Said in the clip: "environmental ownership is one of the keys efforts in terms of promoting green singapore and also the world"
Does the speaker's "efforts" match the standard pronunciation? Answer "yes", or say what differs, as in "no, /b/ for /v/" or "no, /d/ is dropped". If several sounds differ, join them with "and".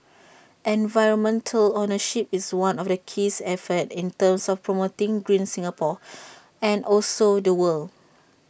no, /s/ is dropped